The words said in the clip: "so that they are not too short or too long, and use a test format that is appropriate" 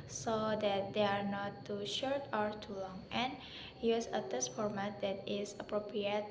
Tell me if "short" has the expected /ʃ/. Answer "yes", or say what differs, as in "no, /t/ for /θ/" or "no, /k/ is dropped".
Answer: yes